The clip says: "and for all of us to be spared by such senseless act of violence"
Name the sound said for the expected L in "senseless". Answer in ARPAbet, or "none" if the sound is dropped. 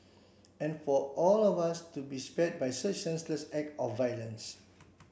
L